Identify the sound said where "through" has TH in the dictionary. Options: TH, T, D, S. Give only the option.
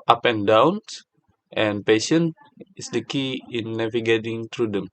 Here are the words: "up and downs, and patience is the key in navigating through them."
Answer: T